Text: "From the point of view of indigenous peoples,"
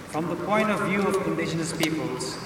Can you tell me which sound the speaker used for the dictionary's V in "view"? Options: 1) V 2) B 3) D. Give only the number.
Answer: 1